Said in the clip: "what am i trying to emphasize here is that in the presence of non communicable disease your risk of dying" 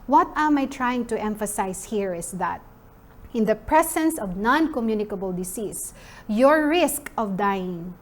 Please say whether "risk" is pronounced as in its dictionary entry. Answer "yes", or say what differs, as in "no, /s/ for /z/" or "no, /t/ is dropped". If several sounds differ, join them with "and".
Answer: yes